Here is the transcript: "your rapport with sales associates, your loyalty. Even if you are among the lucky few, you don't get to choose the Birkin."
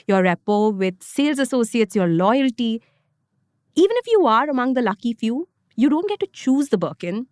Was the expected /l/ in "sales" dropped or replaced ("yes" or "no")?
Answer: no